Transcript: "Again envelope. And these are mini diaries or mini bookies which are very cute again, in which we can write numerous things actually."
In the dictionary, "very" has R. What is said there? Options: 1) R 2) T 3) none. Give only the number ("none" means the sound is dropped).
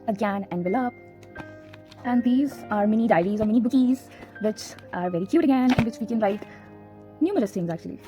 1